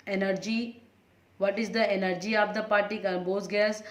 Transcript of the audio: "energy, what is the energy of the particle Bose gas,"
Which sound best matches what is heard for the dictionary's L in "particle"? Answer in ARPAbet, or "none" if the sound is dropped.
N